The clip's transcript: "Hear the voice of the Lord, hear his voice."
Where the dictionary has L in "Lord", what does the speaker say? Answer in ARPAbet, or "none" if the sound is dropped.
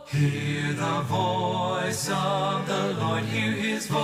L